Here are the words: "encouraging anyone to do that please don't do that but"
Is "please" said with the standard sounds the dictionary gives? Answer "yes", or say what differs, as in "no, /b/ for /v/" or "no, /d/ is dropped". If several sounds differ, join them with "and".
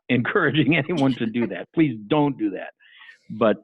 yes